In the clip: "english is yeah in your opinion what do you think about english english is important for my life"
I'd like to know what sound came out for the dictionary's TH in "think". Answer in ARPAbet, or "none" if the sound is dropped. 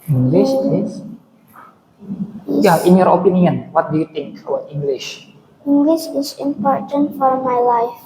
T